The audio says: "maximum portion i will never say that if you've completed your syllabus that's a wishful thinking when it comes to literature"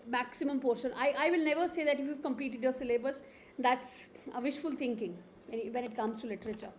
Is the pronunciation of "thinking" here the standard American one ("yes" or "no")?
no